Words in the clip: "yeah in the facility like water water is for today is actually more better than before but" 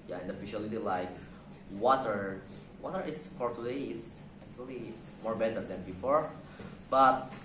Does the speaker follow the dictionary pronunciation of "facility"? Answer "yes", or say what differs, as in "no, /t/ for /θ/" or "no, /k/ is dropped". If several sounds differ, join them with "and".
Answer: no, /ʃ/ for /s/